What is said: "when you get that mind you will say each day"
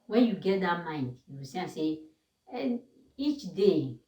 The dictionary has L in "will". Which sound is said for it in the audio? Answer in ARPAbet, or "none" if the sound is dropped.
N